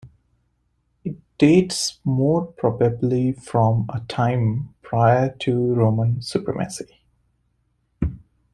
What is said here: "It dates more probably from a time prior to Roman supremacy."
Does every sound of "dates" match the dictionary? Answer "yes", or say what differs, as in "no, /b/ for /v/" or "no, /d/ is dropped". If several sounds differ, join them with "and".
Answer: yes